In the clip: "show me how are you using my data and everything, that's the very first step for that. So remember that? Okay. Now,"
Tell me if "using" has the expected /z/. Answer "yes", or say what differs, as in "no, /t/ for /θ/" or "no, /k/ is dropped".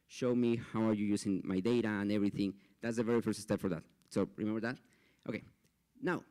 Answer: no, /s/ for /z/